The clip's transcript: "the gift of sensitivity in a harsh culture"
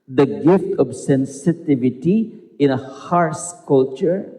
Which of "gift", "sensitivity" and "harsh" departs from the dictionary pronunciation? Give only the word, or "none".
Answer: harsh